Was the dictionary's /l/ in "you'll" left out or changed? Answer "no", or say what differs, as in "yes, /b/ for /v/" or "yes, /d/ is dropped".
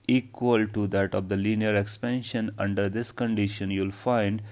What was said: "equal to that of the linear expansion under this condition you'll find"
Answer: no